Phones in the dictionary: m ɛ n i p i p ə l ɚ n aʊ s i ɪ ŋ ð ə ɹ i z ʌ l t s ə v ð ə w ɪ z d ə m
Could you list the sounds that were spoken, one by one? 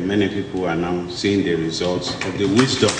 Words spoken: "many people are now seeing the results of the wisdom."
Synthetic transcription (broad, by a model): m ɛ n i p i p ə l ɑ n aʊ s i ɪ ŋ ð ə ɹ i z ʌ l t s ə v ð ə w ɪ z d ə